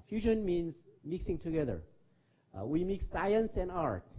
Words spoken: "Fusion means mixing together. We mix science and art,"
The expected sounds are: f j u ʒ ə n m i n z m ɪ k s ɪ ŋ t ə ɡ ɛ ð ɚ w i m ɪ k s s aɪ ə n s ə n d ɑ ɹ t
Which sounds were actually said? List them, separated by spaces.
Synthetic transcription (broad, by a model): f j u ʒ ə n m i n z m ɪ k s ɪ ŋ t ə ɡ ɛ ð ɚ w i m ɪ k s s aɪ ə n s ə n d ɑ ɹ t